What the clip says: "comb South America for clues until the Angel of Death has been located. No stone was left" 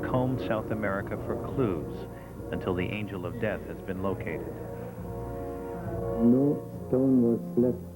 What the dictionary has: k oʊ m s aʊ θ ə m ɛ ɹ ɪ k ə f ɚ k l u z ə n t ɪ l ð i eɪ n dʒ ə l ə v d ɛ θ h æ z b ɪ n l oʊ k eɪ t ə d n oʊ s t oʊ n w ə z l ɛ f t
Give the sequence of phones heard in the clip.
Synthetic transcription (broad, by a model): k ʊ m s aʊ θ ə m ɛ ɹ ɪ k ə f ɚ k l u z ə n t ɪ l ð i eɪ n dʒ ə l ə v d ɛ θ h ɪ z b ɪ n l oʊ k eɪ t ə d n oʊ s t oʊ n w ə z l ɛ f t